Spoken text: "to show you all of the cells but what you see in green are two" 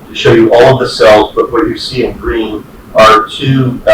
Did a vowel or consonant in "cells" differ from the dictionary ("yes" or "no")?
no